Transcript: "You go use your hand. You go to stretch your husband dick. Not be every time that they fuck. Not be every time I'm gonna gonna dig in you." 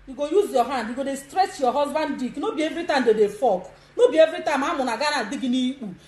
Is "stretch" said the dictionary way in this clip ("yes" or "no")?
no